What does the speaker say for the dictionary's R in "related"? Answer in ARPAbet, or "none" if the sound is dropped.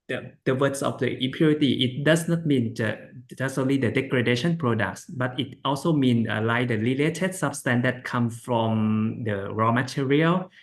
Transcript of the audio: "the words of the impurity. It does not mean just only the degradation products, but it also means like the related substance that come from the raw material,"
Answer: L